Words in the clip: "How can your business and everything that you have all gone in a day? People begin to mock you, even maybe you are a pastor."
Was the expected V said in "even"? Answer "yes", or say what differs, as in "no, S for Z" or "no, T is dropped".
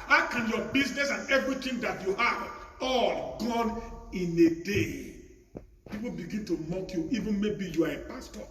yes